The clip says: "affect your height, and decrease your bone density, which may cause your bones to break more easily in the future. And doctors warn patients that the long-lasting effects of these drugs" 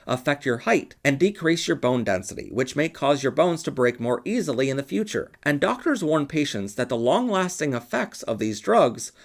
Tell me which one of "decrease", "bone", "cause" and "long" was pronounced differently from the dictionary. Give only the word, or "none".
none